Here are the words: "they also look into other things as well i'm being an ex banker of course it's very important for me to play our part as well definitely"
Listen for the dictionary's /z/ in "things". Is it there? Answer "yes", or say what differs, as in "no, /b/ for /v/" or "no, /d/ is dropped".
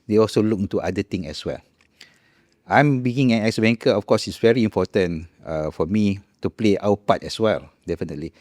no, /z/ is dropped